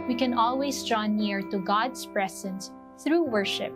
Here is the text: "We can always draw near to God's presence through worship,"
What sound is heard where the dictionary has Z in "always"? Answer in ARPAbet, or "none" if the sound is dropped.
S